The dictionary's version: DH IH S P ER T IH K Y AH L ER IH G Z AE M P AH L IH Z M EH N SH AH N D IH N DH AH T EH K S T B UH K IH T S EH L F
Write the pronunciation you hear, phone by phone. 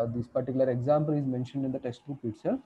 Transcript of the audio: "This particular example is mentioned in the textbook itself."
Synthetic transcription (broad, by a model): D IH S P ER T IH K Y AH L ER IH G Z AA M P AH L IH Z M EH N SH AH N D IH N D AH T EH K S T UW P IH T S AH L